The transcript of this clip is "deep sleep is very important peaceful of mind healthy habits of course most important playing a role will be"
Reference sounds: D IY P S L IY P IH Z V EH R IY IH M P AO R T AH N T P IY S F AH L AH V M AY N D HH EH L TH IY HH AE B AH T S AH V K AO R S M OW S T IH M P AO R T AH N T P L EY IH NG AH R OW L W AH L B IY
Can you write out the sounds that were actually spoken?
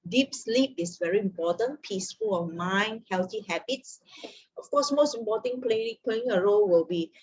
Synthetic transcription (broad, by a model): D IY P S L IY P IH S V EH R IY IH M P AO T AH N P IY S F AH L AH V M AY N HH EH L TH IY HH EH B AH T S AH F K AO S M OW S T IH M P AO T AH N P L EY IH NG AH R OW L W AH L B IY